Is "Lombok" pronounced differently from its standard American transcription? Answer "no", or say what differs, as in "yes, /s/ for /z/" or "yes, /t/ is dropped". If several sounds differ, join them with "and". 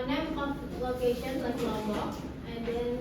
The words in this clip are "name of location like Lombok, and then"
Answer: yes, /m/ is dropped